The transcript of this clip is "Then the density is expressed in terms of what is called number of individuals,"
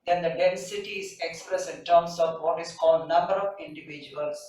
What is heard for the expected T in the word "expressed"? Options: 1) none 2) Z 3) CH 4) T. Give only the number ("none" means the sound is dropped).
1